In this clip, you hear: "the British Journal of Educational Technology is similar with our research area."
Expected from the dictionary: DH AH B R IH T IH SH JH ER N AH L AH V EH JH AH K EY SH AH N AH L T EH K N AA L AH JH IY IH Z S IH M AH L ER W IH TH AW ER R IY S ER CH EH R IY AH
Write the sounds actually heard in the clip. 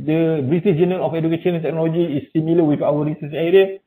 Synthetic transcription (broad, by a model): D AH B R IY T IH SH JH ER N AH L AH F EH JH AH K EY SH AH N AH N T EH K N AA L AH JH IY S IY M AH L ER W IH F AW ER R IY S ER S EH R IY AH